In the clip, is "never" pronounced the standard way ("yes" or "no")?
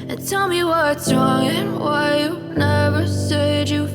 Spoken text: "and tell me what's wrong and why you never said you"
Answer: yes